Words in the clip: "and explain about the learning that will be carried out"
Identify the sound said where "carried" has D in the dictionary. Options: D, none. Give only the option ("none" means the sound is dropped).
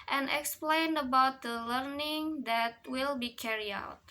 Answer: none